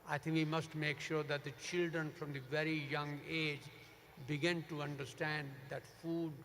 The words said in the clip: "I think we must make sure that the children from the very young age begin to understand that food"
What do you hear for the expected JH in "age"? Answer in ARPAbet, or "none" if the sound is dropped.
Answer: JH